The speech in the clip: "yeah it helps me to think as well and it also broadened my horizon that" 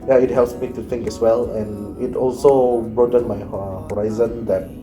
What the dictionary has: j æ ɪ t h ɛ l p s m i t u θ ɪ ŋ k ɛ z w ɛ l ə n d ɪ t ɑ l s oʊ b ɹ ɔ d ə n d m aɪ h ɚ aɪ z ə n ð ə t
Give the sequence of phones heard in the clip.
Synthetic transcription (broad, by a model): j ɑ ɪ t h ɛ l p s m i t u t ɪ ŋ k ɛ s w ɛ l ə n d ɪ t ɑ l s oʊ b ɹ ɔ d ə n m aɪ h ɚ aɪ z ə n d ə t